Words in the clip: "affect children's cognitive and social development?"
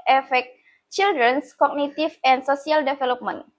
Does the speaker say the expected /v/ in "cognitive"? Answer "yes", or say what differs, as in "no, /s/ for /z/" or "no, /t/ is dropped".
no, /f/ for /v/